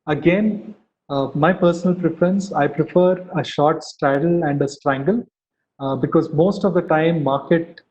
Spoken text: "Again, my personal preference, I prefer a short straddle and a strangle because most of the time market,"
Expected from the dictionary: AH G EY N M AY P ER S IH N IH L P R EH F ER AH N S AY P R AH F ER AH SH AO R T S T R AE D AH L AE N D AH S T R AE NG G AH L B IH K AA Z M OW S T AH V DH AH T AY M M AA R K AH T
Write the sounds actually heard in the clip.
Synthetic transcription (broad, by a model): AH G EY N M AY P ER S IH N IH L P R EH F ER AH N S AY P R AH F ER AH SH AO R T S T R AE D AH L AE N D AH S T R AE NG G AH L B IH K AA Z M OW S T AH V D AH T AY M M AA R K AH T